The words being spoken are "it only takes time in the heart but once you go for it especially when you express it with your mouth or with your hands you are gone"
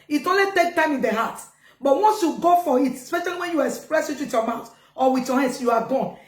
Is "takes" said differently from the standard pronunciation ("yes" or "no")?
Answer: yes